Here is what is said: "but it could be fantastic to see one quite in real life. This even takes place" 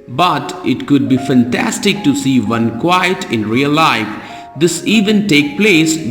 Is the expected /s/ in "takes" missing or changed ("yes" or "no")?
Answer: yes